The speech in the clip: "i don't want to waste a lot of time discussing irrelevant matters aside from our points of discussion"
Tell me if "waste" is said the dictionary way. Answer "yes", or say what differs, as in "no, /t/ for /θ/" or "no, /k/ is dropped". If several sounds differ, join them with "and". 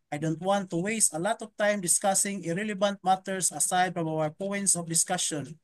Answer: yes